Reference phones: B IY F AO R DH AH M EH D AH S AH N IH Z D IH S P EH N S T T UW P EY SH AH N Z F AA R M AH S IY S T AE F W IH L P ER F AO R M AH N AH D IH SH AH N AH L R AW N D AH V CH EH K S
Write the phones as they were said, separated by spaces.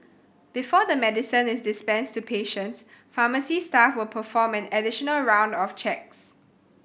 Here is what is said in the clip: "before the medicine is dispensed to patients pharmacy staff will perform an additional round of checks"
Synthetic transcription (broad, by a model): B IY F AO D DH AH M EH D AH S AH N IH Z D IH S P EH N S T T UW P EY SH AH N S F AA M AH S IY S T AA F W IH L P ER F AO M AH N AH D IH SH AH N AH L R AW N D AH F CH EH K S